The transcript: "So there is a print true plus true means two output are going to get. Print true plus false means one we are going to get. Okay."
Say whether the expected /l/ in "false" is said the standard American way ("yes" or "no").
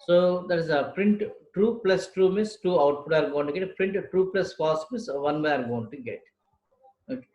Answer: no